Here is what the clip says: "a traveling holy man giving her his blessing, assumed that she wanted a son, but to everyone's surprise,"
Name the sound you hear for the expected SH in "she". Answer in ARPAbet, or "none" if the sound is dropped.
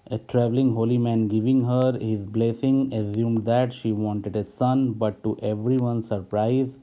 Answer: SH